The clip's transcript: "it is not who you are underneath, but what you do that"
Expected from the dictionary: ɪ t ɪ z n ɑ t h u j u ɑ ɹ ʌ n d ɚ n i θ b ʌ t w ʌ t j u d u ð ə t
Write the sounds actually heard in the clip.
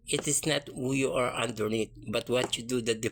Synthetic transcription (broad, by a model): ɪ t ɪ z n ɑ t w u j u ɑ ɹ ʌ n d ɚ n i t b ʌ t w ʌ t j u d u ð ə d